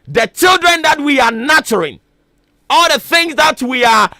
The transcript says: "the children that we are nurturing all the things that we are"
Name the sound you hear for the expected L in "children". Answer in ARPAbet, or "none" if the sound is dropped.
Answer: L